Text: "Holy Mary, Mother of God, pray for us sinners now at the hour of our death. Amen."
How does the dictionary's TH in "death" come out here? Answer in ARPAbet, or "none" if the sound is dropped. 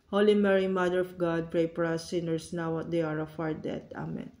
T